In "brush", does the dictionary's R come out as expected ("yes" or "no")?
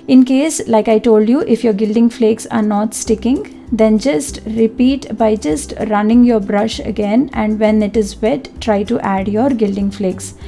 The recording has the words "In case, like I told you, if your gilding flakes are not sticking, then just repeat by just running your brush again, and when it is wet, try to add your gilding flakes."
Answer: yes